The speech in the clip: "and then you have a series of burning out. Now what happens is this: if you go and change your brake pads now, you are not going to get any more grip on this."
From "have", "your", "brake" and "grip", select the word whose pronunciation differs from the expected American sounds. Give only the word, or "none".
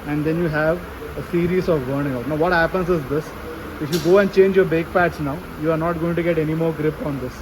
brake